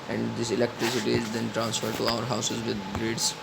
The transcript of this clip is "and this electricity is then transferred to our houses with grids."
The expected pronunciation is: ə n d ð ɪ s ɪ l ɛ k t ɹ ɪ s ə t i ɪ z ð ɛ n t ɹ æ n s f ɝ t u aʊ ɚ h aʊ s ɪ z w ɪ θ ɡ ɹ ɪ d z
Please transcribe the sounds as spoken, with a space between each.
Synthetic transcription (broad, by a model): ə n d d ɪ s ɪ l ɛ k t ɹ ɪ s ə t i ɪ z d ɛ n t ɹ æ n s f ɝ t u aʊ ɚ h aʊ s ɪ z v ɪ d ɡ ɹ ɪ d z